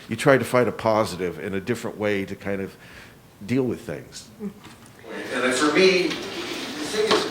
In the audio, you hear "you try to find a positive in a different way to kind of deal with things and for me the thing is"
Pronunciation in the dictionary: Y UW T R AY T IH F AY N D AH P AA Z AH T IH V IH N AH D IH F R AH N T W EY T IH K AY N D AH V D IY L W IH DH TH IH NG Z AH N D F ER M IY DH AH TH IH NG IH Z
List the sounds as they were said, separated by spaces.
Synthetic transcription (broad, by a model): Y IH T R AY T IH F AY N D AH P AA Z AH T IH V IH N AH D IH F R AH N T W EY T IH K AY N D AH V D IY L W IH DH TH IH NG Z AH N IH F ER M IY DH AH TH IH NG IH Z